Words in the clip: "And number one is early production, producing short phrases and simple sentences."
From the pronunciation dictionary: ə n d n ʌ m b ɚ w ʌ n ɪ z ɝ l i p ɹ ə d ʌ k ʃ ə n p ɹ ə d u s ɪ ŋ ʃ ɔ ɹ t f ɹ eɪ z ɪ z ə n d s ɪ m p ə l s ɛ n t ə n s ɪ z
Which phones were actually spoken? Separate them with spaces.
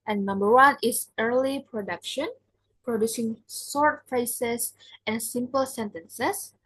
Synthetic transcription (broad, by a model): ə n n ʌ m b ɚ w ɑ n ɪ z ɝ l i p ɹ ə d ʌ k ʃ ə n p ɹ ə d u s ɪ ŋ s ɔ ɹ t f eɪ s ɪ s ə n s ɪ m p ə l s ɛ n t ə n s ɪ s